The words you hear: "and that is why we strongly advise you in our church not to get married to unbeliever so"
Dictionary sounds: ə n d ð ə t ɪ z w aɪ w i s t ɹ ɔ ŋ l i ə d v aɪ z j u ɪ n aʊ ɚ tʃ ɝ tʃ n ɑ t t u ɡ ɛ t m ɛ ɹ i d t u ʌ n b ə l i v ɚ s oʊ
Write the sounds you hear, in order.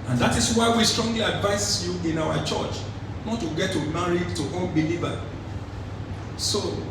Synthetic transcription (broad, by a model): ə n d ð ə t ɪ s w aɪ w i s t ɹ ɔ ŋ l i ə d v aɪ s j u ɪ n aʊ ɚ tʃ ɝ tʃ n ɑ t t u ɡ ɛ t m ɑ ɹ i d t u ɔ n b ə l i v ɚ s oʊ